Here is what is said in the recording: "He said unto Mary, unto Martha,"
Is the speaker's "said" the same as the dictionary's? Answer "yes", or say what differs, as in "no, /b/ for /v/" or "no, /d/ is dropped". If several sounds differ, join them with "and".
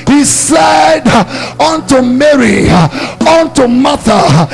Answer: yes